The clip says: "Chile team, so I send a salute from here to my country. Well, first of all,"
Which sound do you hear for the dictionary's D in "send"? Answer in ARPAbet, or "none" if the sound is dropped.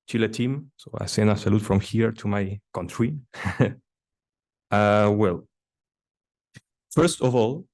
none